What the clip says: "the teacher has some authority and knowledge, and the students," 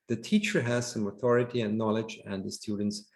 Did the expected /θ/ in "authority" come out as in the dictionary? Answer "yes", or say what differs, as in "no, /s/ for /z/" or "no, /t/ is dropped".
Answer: yes